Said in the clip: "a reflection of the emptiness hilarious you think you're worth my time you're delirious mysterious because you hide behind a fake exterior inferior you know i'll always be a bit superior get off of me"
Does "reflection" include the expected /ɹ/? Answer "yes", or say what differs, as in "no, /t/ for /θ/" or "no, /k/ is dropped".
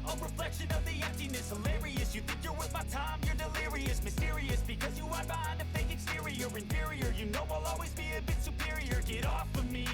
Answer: yes